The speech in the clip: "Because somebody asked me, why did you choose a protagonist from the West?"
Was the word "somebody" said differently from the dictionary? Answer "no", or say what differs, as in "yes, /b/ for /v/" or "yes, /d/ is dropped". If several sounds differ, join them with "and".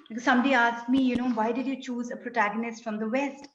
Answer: no